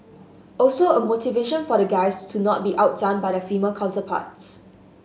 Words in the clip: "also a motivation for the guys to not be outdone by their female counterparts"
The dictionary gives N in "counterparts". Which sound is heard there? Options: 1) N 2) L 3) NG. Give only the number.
2